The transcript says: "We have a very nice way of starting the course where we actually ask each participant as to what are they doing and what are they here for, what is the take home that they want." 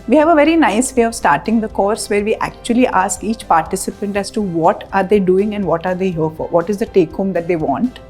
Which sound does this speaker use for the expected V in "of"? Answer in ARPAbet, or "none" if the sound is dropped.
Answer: V